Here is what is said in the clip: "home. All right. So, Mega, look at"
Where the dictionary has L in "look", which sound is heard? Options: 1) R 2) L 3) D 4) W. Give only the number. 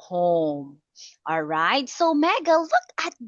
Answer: 2